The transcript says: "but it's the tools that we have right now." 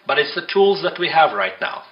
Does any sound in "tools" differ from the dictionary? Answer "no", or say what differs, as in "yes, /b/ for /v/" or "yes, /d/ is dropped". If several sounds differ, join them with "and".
no